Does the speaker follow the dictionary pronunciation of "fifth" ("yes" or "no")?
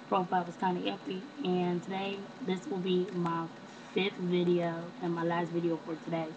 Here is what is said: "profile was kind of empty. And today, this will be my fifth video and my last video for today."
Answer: yes